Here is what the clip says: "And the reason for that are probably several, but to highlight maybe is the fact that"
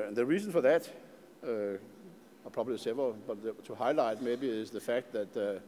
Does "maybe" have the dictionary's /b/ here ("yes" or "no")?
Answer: yes